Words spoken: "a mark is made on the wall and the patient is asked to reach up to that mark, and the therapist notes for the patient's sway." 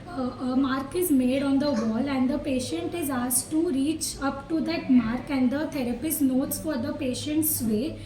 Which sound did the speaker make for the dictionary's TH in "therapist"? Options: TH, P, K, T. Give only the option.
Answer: T